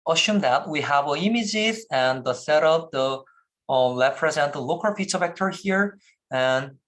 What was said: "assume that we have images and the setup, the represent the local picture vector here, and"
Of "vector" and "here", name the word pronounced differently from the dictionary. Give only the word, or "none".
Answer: none